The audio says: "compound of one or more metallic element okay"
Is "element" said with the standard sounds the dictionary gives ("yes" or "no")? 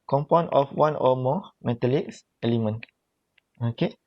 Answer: no